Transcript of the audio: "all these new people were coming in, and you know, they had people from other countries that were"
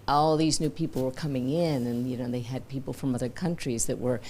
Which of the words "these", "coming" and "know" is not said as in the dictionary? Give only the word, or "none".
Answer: none